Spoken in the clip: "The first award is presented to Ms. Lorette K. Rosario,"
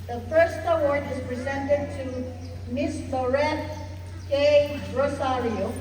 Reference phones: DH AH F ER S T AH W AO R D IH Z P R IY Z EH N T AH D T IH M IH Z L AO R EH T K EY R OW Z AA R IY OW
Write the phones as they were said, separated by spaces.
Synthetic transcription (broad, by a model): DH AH F ER S T AH W AO R D IH Z P R IY Z EH N T AH D T IH M IH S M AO R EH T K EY R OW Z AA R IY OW